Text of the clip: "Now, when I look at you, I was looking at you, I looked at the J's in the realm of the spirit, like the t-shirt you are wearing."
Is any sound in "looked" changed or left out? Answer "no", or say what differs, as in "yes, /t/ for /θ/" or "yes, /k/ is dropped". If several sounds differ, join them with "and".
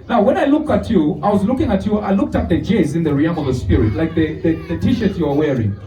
no